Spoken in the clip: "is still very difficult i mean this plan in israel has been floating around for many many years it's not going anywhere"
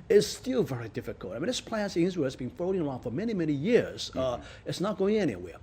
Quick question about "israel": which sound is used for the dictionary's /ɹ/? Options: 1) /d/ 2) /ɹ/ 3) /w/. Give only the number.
3